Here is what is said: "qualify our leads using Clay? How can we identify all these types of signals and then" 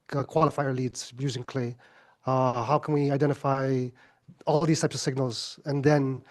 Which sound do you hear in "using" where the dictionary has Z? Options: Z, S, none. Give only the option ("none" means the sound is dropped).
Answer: Z